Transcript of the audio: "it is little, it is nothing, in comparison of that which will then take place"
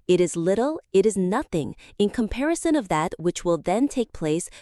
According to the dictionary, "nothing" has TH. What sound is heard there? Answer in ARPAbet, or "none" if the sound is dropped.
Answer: TH